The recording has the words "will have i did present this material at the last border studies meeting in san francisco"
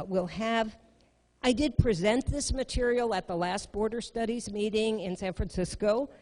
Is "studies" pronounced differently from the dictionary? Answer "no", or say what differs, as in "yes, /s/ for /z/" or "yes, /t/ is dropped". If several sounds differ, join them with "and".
no